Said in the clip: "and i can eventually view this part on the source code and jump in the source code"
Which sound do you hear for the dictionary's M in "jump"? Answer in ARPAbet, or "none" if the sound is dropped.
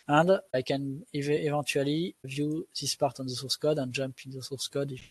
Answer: M